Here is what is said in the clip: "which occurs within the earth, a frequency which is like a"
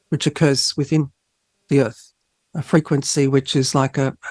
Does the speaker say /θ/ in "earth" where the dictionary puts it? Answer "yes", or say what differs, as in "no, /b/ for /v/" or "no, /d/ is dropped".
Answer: yes